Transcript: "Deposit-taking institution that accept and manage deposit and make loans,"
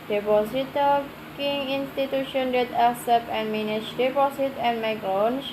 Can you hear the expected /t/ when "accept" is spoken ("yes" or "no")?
no